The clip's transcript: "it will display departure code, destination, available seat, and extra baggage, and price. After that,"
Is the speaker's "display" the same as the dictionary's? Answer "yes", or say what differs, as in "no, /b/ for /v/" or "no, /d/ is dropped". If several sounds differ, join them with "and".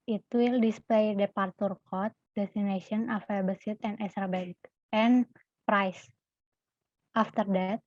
yes